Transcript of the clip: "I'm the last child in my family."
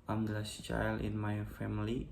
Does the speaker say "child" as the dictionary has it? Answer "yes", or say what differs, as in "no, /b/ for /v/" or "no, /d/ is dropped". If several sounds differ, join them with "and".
no, /d/ is dropped